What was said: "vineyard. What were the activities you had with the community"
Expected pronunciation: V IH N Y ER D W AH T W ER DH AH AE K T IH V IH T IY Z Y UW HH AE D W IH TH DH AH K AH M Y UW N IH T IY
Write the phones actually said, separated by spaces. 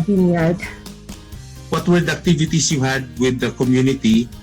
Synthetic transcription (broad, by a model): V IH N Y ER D W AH T W ER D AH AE K T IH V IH T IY S Y UW HH AE D W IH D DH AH K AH M Y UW N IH T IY